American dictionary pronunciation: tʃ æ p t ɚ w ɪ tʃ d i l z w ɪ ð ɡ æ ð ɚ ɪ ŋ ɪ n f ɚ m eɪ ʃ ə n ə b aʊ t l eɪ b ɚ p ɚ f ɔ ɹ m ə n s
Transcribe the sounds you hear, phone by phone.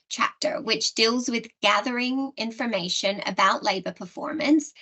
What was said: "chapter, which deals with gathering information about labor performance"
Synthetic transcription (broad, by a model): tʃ æ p t ɚ w ɪ tʃ d i l z w ɪ ð ɡ æ ð ɚ ɪ ŋ ɪ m f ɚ m eɪ ʃ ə n ə b aʊ t l eɪ b ɚ p ɚ f ɔ ɹ m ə n s